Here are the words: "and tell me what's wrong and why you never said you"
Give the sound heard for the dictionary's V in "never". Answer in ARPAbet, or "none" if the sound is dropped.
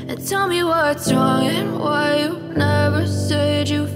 V